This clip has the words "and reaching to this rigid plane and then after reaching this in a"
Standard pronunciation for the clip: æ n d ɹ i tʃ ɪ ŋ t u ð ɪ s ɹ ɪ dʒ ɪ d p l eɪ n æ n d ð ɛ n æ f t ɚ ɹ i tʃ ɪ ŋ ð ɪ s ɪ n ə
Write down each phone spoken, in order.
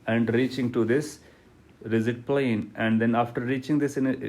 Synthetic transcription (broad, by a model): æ n d ɹ i tʃ ɪ ŋ t u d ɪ s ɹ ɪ z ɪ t p l eɪ n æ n d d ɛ n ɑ f t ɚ ɹ i tʃ ɪ ŋ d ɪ s ɪ n